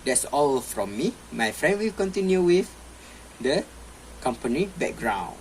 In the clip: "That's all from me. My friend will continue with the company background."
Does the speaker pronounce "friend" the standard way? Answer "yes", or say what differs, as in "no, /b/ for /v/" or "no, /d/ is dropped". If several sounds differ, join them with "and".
yes